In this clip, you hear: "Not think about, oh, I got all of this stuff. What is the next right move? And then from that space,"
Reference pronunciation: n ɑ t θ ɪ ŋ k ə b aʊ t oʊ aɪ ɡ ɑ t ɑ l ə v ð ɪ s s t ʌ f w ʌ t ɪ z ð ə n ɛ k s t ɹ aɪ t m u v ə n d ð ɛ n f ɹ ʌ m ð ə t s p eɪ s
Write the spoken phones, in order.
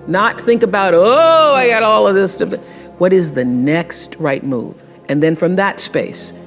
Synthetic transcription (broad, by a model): n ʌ t θ ɪ ŋ k ə b aʊ t oʊ aɪ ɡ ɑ t ɑ l ə v ð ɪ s s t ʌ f w ʌ t ɪ z ð ə n ɛ k s t ɹ aɪ t m u v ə n ð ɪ n f ɹ ʌ m ð ə t s p eɪ s